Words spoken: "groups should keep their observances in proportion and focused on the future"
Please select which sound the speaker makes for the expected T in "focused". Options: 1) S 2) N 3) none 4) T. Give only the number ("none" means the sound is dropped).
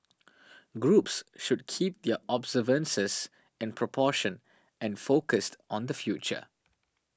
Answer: 4